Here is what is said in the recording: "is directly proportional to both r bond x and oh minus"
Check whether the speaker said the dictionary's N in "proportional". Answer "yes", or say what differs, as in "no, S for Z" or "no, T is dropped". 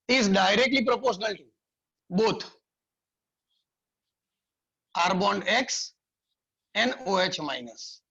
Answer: yes